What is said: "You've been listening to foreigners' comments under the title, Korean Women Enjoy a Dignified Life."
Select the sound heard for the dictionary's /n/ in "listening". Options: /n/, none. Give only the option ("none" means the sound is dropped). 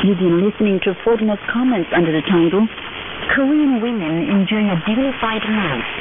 /n/